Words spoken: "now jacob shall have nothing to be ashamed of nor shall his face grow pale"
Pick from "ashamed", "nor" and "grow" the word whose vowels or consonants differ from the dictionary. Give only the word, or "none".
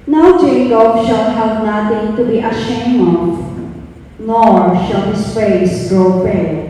ashamed